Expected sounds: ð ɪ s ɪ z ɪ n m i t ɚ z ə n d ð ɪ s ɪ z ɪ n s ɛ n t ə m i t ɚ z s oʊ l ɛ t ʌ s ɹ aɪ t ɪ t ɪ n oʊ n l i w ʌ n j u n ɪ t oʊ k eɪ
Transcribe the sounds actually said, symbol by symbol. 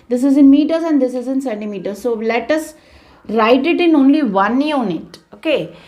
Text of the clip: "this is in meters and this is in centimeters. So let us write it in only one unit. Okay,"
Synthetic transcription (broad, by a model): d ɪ s ɪ z ɪ n m i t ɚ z ə n d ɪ s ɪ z ɪ n s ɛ t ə m i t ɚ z s oʊ l ɛ t ʌ s ɹ aɪ t ɪ t ɪ n oʊ n l i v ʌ n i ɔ n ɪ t oʊ k eɪ